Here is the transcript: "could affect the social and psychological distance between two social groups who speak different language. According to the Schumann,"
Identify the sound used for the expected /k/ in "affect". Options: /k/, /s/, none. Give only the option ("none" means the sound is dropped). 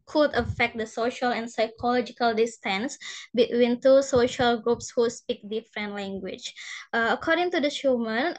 /k/